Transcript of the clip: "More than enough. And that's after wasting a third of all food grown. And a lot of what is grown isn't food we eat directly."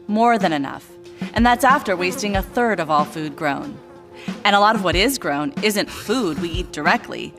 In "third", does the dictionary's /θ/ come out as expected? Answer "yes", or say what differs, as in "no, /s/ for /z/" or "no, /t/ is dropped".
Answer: yes